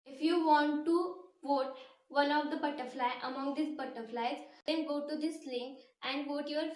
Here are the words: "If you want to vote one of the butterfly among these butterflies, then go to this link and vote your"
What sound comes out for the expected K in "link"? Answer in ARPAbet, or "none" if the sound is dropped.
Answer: none